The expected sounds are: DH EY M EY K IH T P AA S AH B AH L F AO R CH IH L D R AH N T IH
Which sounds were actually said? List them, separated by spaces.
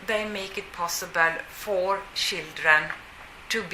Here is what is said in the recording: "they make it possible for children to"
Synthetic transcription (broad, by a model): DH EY M EY K IH T P AA S AH B AH L F AO R SH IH L D R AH N T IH